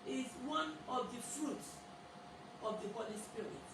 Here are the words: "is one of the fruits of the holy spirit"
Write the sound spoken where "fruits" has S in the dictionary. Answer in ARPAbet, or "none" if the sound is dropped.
S